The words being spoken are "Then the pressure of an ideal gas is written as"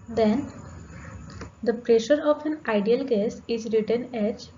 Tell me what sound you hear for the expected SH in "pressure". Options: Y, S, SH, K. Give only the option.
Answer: SH